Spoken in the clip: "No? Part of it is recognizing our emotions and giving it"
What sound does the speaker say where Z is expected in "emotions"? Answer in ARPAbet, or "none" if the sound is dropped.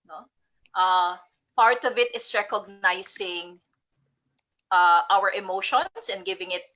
S